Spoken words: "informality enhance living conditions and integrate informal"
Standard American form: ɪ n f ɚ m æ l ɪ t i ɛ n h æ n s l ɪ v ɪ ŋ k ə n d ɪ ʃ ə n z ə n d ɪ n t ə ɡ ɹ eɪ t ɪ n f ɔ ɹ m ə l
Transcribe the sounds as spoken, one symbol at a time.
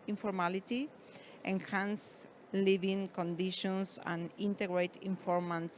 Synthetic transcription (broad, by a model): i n f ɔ m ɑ l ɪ t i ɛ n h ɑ n s l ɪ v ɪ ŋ k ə n d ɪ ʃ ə n s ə n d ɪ n t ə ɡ ɹ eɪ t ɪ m f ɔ ɹ m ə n